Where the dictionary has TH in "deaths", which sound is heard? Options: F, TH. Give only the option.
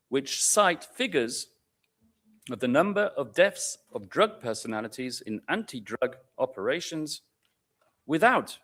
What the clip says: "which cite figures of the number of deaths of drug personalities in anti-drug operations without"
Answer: F